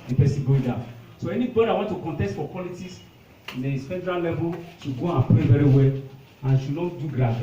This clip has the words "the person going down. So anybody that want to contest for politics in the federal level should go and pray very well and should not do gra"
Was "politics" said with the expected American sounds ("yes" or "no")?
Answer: no